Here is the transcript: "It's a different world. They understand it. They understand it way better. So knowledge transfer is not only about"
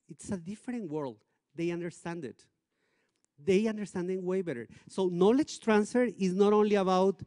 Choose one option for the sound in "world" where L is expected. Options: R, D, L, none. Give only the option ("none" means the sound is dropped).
L